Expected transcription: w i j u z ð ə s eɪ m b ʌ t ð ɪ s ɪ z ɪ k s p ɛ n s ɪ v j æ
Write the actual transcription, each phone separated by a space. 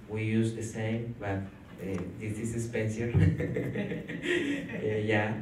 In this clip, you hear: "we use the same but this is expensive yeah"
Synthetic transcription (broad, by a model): w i j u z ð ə s eɪ m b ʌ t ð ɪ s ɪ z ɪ s p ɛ n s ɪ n j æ